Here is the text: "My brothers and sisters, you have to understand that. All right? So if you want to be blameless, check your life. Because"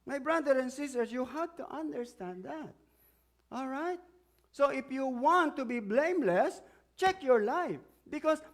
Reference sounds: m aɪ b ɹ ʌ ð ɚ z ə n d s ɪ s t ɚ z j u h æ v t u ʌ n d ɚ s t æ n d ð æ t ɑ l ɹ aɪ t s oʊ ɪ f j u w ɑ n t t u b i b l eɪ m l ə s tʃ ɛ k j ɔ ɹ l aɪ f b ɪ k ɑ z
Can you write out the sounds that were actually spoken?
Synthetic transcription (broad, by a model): m aɪ b ɹ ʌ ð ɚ ə n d s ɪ s t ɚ s j u h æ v t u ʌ n d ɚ s t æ n d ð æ t ɑ l ɹ aɪ t s oʊ ɪ f j u w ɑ n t t u b i b l eɪ m l ə s tʃ ɛ k j ɔ ɹ l aɪ f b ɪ k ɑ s